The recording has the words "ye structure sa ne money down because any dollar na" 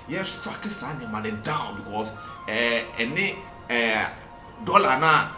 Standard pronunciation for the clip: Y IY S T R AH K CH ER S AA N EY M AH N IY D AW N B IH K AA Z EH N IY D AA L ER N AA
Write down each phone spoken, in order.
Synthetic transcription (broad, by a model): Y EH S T AA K ER S AA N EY M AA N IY D AW N B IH K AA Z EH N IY D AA L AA N AA